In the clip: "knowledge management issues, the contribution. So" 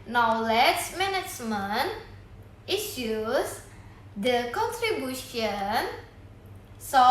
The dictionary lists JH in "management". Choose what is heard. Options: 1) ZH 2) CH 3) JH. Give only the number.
2